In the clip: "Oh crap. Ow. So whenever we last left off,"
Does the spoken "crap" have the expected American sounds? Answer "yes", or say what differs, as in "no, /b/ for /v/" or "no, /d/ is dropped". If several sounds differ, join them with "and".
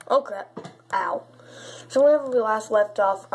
no, /p/ is dropped